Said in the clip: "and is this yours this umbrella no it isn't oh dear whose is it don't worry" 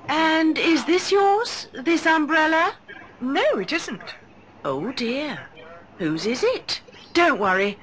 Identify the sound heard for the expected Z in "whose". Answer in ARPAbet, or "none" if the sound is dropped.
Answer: Z